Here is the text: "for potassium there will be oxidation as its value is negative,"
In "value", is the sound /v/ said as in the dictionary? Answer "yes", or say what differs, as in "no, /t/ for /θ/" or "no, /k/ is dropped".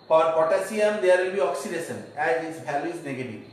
no, /b/ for /v/